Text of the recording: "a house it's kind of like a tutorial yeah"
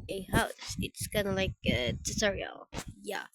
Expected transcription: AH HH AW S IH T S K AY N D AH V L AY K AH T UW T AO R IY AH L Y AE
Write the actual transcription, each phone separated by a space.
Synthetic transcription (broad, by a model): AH HH AW S IH T S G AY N AH L AY K AH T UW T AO R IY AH L Y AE